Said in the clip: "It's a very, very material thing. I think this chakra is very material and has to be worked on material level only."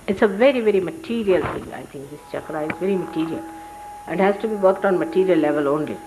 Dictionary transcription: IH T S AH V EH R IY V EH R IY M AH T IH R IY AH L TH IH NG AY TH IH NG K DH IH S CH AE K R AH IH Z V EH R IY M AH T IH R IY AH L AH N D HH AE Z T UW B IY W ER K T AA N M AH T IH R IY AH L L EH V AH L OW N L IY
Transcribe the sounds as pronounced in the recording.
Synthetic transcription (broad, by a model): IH T S AH V EH R IY V EH R IY M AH T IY R IY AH L T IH NG AY T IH NG K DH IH S CH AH K R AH IH Z V EH R IY M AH T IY R IY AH L AH N D HH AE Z T UW B IY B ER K T AA N M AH T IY R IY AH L L EH V AH L OW N L IY